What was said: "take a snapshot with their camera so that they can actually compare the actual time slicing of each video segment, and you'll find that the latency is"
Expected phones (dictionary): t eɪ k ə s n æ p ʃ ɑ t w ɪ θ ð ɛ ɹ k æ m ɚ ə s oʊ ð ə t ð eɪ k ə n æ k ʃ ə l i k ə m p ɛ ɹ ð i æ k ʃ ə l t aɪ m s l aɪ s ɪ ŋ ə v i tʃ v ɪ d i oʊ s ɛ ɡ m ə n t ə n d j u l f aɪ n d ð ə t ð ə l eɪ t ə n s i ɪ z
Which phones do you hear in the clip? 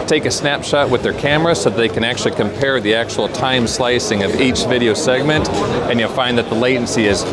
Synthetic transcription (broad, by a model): t eɪ k ə s n æ p ʃ ɑ t w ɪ ð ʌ ɹ k æ m ɚ ə s oʊ ð ə t ð eɪ k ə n æ k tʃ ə l i k ə m p ɛ ɹ ð i æ k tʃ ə l t aɪ m s l aɪ s ɪ ŋ ə v i tʃ v ɪ d i oʊ s ɛ ɡ m ə n t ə n j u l f aɪ n ð ə t ð ə l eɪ t n s i ɪ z